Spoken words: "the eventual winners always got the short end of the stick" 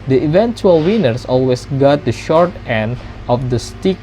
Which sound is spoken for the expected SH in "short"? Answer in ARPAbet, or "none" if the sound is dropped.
SH